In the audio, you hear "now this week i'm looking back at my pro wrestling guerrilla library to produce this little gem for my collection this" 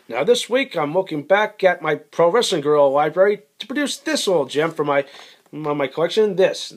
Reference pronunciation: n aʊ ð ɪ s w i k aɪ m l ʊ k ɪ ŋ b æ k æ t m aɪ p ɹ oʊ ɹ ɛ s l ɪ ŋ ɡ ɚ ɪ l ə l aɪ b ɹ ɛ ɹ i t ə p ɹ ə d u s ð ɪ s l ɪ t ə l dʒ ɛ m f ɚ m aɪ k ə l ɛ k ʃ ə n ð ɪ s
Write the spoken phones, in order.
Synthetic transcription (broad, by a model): n aʊ ð ɪ s w i k aɪ m l ʊ k ɪ ŋ b æ k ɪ t m aɪ p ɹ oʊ ɹ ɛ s ɪ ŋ ɡ ɚ l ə l aɪ b ɹ ɛ ɹ i t ə p ɹ ə d u s ð ɪ s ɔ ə l dʒ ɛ m f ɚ m aɪ k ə l ɛ k ʃ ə n ð ɪ s